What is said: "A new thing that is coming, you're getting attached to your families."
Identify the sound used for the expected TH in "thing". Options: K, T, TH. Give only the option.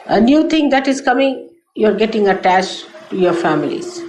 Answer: T